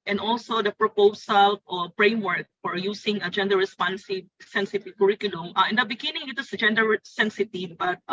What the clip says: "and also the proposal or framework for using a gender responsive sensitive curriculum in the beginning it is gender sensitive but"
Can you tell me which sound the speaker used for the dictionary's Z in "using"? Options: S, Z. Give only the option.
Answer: S